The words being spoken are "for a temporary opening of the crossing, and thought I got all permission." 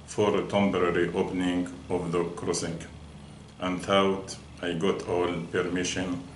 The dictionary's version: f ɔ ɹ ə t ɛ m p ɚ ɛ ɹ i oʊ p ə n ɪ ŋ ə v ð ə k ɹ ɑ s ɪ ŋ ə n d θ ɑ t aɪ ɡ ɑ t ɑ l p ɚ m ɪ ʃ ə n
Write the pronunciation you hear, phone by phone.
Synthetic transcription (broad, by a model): f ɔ ɹ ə t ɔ m b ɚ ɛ ɹ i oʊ p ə n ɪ ŋ ə v ð ə k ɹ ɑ s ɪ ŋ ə n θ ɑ t aɪ ɡ ɑ t ɑ l p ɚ m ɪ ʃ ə n